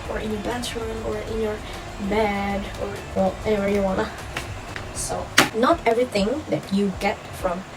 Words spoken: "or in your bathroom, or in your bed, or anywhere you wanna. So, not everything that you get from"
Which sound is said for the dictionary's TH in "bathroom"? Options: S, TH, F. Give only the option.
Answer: S